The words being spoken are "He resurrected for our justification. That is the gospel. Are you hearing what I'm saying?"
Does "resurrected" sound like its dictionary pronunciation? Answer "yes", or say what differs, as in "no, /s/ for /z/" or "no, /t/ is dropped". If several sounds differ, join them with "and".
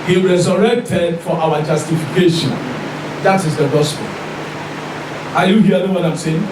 yes